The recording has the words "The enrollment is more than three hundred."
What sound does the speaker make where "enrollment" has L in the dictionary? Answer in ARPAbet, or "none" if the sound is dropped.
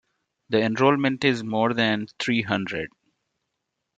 L